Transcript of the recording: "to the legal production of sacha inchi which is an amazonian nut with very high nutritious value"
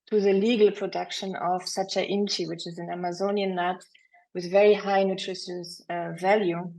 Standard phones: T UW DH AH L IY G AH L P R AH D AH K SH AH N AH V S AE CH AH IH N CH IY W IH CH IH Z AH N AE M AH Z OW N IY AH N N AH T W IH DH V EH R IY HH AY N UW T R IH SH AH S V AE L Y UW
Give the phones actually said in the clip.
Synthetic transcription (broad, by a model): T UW DH AH L IY G AH L P R AH D AH K SH AH N AH V S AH CH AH IH N CH IY W IH CH IH Z AH N AE M AH Z OW N IY AH N L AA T W IH DH V EH R IY HH AY N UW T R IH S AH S V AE L Y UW